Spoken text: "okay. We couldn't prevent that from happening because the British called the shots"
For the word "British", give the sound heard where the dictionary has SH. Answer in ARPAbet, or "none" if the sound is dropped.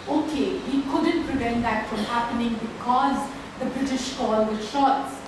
SH